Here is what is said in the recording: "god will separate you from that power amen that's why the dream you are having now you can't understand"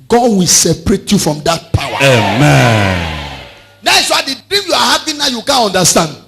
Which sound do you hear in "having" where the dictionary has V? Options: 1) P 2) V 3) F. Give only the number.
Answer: 1